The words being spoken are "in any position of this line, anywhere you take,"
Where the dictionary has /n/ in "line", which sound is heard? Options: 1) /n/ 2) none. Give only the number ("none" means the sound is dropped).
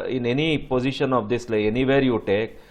2